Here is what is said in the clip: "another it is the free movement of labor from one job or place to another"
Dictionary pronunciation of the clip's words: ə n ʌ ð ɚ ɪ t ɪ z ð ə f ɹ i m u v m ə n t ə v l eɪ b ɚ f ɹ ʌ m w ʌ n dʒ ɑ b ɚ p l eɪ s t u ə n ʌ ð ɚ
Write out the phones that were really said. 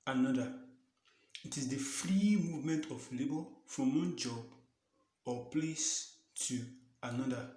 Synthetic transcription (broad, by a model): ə n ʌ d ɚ ɪ t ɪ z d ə f ɹ i m u v m ə n t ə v l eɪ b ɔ f ɹ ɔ m w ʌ n dʒ ɑ b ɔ p l eɪ s t u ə n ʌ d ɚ